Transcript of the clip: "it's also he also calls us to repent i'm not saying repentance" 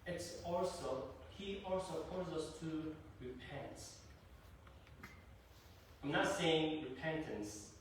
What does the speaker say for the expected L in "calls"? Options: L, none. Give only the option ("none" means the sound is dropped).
none